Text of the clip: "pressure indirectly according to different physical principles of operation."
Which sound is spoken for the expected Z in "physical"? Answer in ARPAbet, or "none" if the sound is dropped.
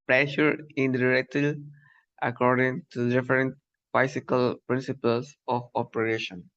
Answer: S